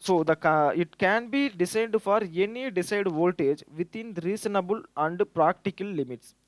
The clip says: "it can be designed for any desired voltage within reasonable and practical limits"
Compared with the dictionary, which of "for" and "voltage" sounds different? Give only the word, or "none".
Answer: none